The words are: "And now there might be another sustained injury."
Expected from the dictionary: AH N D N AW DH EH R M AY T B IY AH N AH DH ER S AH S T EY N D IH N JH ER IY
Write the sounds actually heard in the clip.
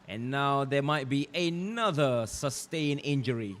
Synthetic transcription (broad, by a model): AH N N AW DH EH M AY T B IY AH N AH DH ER S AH S T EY N IH N JH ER IY